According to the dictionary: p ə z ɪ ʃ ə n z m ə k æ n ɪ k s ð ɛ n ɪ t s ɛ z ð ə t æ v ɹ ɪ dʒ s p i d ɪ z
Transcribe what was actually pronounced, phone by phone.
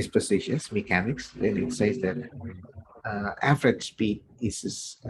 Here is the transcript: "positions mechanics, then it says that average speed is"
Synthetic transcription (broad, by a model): p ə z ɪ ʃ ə n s m ə k æ n ɪ k s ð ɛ n ɪ t s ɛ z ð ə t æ f ɹ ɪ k s p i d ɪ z